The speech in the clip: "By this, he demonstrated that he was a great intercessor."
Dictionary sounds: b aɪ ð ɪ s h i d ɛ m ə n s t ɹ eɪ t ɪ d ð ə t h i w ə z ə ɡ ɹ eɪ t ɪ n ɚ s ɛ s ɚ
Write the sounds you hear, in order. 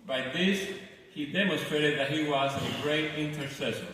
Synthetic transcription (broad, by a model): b aɪ ð ɪ s h i d ɛ m ə n s t ɹ eɪ t ɪ d ð ə t h i w ə z ə ɡ ɹ eɪ t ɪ n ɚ s ɛ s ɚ